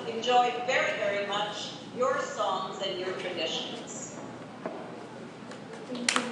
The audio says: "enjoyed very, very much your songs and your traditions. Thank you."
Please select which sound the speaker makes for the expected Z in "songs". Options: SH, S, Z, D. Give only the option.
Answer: Z